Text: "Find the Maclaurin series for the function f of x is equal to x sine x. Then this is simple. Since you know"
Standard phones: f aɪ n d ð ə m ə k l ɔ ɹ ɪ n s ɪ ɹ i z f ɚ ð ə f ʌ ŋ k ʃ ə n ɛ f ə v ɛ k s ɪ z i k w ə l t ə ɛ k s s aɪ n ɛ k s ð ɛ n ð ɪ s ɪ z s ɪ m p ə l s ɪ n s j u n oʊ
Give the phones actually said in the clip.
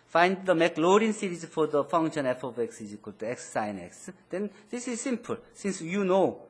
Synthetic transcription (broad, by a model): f aɪ n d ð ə m ə k l ɔ ɹ ɪ n s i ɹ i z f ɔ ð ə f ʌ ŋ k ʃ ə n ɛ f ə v ɛ k s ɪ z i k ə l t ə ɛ k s s aɪ n ɛ k s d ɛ n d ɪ s ɪ z s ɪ m p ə l s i n s j u n oʊ